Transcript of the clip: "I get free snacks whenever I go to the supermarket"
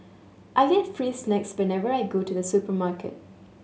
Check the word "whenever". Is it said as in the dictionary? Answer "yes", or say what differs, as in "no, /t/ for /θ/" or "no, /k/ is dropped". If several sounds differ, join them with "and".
yes